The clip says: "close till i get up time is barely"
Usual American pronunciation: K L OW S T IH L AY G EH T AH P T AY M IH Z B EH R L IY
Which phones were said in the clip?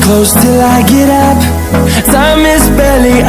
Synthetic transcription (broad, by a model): K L OW S T IH L AY G EH T AH P S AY M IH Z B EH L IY